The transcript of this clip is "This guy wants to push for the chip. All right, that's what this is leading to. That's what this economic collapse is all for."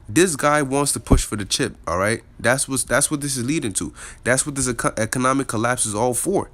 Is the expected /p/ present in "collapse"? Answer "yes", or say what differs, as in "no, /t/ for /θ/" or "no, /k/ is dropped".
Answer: yes